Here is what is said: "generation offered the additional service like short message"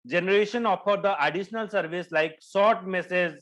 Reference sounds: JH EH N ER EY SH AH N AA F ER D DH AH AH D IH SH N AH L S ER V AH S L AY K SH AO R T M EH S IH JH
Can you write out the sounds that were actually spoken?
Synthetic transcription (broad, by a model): JH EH N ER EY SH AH N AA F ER D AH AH D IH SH N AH L S ER V AH S L AY K S AO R T M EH S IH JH